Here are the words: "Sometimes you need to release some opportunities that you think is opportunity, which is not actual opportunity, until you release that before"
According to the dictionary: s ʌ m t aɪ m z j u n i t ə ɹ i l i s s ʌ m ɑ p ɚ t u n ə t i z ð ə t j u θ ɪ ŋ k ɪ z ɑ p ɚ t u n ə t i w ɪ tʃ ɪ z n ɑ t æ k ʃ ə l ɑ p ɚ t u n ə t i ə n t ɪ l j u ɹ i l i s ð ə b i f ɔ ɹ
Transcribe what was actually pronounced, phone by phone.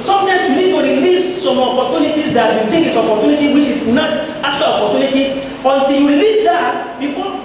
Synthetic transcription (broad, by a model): s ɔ m t aɪ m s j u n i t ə ɹ i l i s s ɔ m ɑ p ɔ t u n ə t i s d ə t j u t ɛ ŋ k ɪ s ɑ p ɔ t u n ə t i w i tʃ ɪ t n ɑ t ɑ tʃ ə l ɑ p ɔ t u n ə t i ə n t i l j u ɹ i l i s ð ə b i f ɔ